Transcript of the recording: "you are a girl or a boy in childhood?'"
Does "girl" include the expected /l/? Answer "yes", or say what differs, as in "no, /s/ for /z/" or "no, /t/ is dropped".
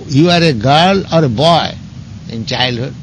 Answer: yes